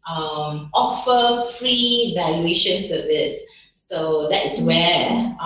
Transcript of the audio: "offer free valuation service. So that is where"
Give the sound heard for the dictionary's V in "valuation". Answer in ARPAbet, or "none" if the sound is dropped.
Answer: V